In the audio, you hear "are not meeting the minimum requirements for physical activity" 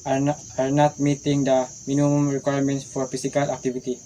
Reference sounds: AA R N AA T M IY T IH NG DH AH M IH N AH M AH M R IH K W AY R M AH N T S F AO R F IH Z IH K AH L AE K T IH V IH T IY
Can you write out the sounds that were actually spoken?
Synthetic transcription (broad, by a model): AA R N AA T M IY T IH NG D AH M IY N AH M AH M R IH K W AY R M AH N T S F AO R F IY S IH K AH L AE K T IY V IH T IY